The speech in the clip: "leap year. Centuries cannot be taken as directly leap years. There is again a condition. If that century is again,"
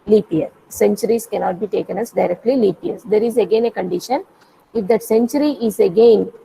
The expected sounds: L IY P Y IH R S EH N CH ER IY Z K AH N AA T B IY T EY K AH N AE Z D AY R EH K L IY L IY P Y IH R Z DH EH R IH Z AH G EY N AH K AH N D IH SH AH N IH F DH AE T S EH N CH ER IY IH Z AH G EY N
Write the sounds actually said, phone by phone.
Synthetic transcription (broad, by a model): L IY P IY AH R S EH N CH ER IY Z K AH N AA T B IY T EY K AH N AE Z D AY R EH K L IY L IY P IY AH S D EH R IH Z AH G EY N AH K AH N D IH SH AH N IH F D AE T S EH N CH ER IY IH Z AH G EY N